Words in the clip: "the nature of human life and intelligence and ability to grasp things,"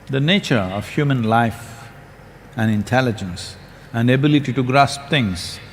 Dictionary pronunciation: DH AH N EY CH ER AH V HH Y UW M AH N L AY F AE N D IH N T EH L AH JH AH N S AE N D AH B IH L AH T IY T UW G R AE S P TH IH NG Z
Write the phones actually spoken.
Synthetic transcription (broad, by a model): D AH N EY CH ER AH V HH Y UW M AH N L AY F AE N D IH N T EH L AH JH AH N S AE N D AH B IH L AH T IY T UW G R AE S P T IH NG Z